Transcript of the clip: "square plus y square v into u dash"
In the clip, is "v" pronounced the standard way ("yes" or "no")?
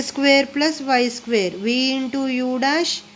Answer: yes